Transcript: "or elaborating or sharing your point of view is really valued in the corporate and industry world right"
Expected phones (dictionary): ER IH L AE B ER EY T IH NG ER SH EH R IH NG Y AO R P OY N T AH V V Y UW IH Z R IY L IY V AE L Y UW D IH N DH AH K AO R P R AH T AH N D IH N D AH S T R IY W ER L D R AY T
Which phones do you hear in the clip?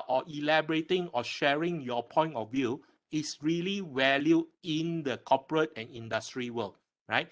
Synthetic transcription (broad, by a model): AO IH L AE B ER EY T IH NG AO SH EH R IH NG Y AO P OY N T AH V V Y UW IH S R IY L IY W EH L Y UW IH N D AH K AO P R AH T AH N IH N D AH S T R IY W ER L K R AY T